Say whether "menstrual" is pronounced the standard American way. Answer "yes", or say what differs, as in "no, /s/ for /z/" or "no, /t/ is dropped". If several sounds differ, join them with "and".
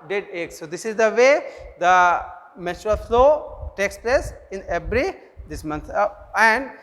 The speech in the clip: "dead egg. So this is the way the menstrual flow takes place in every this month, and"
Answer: no, /n/ is dropped